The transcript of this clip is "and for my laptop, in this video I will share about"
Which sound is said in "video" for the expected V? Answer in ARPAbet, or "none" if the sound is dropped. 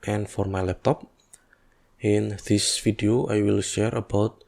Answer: F